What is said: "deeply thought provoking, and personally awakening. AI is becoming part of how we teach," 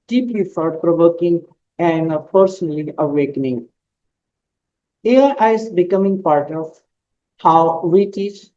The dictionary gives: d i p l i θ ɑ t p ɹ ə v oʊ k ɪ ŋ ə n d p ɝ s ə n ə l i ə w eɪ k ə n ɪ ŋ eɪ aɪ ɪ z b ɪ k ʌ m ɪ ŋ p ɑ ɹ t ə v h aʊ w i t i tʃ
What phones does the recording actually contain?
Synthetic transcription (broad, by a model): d i p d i f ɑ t p ɹ ə v oʊ k ɪ ŋ ə n d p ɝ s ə n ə l i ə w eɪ k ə n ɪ ŋ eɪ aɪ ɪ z b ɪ k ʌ m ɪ ŋ p ɑ ɹ t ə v h aʊ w i t i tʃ